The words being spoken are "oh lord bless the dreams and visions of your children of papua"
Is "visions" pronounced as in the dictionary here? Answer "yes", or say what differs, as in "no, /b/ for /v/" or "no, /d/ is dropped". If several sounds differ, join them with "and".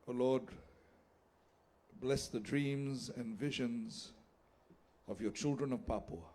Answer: yes